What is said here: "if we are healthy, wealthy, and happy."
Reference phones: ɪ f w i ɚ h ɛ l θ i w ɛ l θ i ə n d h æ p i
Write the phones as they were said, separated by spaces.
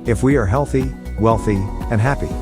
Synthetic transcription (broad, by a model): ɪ f w i ɚ h ɛ l θ i w ɛ l θ i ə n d h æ p i